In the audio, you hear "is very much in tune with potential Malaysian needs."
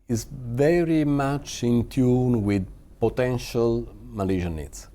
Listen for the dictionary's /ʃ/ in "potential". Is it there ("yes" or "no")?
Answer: yes